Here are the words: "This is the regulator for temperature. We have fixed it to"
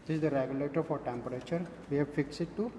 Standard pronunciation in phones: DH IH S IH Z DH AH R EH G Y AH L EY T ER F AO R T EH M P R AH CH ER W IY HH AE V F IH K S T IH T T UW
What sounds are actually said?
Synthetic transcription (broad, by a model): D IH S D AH R EH G Y AH L EY T ER F AO R T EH M P R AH CH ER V IY HH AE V F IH K S IH T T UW